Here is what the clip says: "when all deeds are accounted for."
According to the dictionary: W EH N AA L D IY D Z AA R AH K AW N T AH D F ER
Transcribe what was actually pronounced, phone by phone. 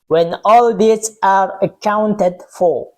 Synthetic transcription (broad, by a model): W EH N AA L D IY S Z AA R AH K AW N T AH D F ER